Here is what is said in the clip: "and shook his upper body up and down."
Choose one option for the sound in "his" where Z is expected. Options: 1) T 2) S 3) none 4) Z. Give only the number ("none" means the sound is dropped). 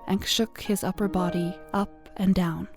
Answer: 4